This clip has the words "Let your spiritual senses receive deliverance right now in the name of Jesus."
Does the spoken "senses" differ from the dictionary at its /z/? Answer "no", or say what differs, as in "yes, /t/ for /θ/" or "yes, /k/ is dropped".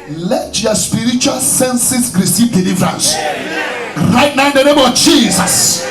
yes, /s/ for /z/